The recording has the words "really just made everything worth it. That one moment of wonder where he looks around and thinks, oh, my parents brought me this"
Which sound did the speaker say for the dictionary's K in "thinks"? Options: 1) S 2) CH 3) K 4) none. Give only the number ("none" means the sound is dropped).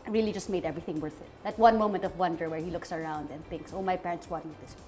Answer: 3